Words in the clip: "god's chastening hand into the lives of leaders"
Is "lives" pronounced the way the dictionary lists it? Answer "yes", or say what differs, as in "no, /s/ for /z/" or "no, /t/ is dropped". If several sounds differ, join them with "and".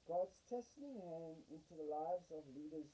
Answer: yes